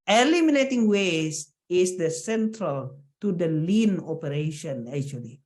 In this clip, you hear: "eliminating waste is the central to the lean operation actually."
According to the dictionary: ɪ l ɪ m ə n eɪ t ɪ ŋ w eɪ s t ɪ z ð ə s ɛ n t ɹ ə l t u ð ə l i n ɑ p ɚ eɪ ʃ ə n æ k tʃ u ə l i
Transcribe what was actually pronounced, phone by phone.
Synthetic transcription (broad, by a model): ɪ l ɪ m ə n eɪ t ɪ ŋ w eɪ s ɪ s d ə s ɛ n t ɹ ə l t u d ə l i n ɑ p ɚ eɪ ʃ ə n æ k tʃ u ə l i